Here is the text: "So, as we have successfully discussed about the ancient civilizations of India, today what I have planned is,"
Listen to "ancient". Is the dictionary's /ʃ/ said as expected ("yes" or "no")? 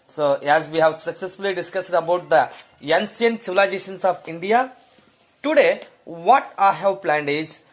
no